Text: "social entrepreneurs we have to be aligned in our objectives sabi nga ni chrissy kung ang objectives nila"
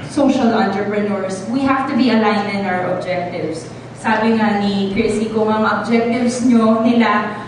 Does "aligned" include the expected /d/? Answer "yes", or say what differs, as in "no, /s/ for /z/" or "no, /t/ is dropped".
no, /d/ is dropped